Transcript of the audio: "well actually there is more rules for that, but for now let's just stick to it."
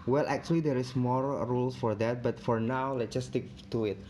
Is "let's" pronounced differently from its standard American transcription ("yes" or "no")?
yes